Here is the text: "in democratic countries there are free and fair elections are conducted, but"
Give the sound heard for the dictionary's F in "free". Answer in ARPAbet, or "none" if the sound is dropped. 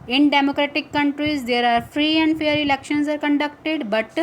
F